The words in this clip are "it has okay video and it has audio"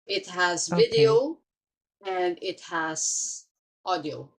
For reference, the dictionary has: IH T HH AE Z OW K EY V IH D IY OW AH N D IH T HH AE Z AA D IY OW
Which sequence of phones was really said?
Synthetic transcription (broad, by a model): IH T HH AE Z V IH D IY OW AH N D IH T HH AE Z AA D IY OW